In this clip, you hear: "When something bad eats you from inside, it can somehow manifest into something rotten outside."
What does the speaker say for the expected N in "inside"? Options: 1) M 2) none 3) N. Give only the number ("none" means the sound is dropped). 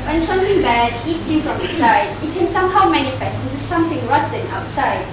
2